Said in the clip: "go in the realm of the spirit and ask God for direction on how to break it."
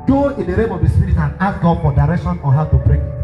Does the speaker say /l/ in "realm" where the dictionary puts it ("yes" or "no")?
no